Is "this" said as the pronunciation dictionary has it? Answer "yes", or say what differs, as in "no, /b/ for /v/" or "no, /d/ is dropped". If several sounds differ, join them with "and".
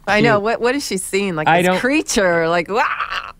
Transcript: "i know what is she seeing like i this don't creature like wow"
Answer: no, /s/ is dropped